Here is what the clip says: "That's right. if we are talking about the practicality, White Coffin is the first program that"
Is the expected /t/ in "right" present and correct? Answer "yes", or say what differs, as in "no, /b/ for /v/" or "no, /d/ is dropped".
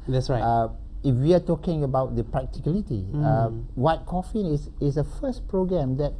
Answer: no, /t/ is dropped